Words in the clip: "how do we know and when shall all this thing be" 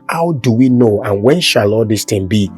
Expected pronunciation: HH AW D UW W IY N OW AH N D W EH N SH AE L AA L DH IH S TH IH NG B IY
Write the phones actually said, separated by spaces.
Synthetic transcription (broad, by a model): HH AW D UW W IY N OW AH N W EH N SH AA L AA L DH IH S T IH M B IY